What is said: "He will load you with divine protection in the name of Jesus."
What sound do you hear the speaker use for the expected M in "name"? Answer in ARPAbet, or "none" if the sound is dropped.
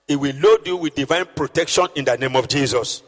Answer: M